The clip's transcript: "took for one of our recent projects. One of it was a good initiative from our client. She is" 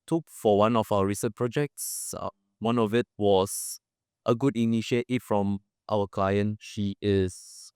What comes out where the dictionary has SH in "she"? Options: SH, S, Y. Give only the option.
SH